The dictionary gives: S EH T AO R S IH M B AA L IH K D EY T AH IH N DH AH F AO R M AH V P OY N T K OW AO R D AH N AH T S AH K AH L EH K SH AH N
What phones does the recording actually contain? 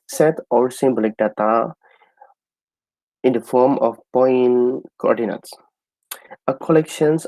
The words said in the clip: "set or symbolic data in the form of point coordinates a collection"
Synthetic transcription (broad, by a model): S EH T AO L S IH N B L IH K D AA T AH IH N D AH F AO R M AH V P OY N K OW AO R D AH N AH T S AH K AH L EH K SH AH N